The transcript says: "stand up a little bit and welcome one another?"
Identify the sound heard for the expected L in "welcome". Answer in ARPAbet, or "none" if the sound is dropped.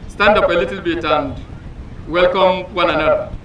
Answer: L